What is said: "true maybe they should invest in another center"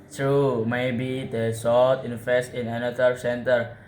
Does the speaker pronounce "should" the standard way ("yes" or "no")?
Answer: no